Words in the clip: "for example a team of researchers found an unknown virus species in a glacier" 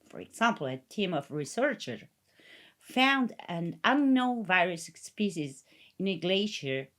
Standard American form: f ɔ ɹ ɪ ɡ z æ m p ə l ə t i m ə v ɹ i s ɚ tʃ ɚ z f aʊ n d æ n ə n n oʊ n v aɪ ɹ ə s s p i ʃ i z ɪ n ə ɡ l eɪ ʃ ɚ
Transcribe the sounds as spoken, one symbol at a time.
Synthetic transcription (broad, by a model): f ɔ ɹ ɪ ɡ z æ m p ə l ə t i m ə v ɹ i s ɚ tʃ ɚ f aʊ n d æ n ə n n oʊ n v aɪ ɹ ə s s p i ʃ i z ɪ n ə ɡ l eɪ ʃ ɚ